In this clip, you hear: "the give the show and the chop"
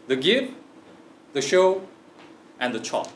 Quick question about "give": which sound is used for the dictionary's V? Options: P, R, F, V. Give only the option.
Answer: F